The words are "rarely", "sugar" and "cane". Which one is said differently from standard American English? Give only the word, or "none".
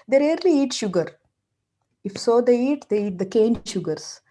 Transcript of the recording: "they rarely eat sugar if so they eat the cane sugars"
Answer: none